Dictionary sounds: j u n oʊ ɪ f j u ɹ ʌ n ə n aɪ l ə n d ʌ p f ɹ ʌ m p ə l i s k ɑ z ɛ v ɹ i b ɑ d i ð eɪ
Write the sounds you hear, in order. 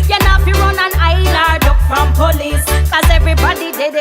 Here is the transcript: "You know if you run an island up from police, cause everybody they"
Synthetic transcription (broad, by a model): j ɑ n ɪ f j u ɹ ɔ n ə n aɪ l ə d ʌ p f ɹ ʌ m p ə l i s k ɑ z ɛ v ɹ i b ɑ d i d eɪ